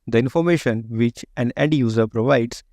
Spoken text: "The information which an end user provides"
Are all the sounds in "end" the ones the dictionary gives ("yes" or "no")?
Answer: no